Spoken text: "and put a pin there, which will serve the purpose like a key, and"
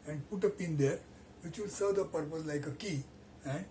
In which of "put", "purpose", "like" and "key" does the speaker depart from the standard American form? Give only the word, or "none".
none